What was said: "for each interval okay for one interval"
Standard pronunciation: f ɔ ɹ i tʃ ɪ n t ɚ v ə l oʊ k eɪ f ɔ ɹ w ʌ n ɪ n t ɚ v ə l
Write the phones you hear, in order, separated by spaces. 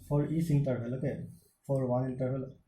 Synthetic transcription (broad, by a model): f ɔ ɹ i s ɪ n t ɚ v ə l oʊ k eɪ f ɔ ɹ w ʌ ɪ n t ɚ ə l